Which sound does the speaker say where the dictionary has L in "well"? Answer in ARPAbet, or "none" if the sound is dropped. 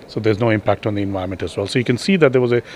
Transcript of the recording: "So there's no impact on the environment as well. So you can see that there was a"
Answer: L